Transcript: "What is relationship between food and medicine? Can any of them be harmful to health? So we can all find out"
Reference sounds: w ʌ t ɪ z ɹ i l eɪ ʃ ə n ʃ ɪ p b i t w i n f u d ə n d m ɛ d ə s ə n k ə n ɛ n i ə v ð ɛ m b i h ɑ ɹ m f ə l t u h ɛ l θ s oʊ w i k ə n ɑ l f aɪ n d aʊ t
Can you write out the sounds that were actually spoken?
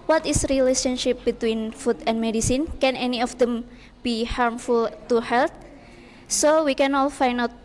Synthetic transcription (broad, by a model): w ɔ t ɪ s ɹ i l eɪ ʃ ə n ʃ ɪ p b i t w i n f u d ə n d m ɛ d ə s ə n k ə n ɛ n i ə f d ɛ m b i h ɑ ɹ m f ə l t u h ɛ l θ s oʊ w i k ə n ɑ l f aɪ n aʊ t